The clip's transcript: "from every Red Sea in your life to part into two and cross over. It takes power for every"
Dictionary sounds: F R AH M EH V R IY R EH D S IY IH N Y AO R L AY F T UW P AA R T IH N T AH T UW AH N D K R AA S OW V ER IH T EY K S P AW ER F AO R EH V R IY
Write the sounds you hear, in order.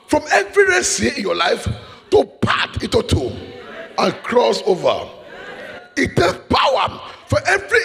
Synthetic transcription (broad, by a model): F R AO M EH V R IY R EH S IY IH N Y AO L AY F T UW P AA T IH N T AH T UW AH N K R AA S OW V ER IH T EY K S P AW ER F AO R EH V R IY